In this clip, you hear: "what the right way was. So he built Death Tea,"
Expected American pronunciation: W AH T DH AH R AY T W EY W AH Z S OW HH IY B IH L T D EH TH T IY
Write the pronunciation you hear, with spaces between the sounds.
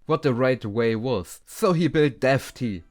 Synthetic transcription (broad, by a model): W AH T DH AH R AY T W EY W AH Z S OW HH IY B IH L T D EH F T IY